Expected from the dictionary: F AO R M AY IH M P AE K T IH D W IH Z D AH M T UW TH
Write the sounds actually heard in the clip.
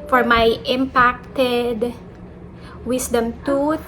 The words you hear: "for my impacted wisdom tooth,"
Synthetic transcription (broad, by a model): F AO R M AY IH M P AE K T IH D W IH S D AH M T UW